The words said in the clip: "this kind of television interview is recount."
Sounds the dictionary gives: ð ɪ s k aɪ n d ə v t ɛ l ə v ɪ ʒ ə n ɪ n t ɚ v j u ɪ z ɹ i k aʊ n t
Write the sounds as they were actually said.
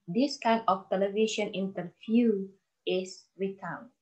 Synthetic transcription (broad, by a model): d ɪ s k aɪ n ə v t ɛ l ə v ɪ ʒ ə n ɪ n t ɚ f j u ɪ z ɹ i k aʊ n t